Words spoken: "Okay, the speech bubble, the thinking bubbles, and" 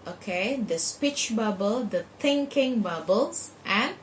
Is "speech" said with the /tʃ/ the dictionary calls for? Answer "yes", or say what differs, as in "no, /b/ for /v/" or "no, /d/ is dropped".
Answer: yes